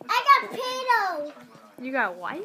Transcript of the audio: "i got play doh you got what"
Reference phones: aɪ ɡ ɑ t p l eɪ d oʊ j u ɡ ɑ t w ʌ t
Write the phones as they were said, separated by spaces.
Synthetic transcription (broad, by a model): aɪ ɡ ɑ t p eɪ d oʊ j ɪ ɡ ɑ t w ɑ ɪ